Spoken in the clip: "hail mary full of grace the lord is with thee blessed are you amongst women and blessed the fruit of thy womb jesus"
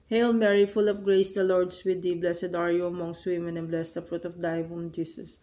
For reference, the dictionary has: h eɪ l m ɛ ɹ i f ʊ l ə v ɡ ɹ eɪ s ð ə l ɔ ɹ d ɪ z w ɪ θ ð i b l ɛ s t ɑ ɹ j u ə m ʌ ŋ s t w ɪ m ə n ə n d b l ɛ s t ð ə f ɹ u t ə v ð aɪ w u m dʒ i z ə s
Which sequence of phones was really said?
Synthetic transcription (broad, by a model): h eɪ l m ɛ ɹ i f ʊ l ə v ɡ ɹ eɪ s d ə l ɔ ɹ d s w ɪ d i b l ɛ s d ɑ ɹ j u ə m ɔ ŋ s t w ɪ m ə n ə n b l ɛ s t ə f ɹ u t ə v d aɪ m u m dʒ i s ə s